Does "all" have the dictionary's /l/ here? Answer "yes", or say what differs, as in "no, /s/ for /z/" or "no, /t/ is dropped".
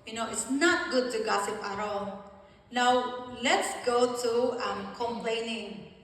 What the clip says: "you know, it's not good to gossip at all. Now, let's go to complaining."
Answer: no, /n/ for /l/